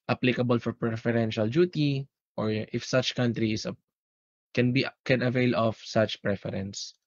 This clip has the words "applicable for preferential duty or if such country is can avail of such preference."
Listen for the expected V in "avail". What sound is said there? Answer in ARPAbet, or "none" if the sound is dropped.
V